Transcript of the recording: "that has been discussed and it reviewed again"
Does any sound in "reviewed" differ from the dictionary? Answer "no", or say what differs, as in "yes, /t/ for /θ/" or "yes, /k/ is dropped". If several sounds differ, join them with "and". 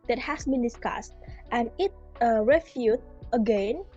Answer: yes, /f/ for /v/